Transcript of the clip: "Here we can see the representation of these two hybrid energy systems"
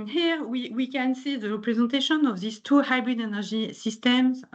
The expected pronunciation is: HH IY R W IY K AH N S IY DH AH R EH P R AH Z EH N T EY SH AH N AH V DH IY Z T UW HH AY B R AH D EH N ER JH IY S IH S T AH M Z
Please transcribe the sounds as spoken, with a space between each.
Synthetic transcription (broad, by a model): HH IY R W IY K AH N S IY DH AH R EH P R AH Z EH N T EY SH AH N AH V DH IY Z T UW HH AY B R AH D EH N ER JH IY S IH S T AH M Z